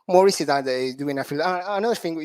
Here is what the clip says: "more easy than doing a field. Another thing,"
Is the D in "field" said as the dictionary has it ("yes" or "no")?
no